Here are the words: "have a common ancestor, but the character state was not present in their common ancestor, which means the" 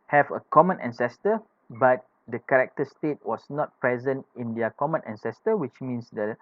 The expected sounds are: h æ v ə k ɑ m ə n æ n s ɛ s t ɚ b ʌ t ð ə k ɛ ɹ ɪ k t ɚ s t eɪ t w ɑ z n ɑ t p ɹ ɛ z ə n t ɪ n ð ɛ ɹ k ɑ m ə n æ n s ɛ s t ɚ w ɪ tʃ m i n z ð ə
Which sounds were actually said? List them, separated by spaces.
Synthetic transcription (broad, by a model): h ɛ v ə k ɑ m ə n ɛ n s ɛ s t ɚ b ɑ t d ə k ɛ ɹ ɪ k t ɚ s t eɪ t w ɑ s n ɑ t p ɹ ɛ z ə n t ɪ n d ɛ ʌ k ɑ m ə n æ n s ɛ s t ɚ w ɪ tʃ m i n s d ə